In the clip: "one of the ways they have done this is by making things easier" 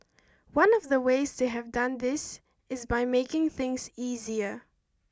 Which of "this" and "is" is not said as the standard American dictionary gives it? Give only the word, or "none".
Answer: none